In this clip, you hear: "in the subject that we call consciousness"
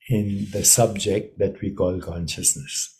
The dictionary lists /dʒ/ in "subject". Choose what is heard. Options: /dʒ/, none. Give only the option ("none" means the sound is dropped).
/dʒ/